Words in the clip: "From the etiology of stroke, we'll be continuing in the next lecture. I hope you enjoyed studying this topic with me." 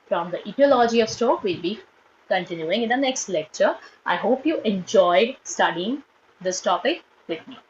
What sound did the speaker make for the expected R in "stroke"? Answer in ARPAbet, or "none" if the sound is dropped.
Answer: none